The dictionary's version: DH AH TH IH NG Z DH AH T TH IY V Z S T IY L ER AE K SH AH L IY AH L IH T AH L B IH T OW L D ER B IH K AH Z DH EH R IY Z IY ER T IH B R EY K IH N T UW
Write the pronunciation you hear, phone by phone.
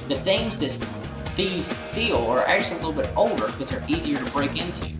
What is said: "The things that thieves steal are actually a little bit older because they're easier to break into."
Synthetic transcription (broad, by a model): DH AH TH IH NG Z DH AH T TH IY Z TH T IY L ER AE K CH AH L IY AH L IH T L B IH T OW L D ER K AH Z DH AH R IY Z IY ER T IH B R EY K IH N T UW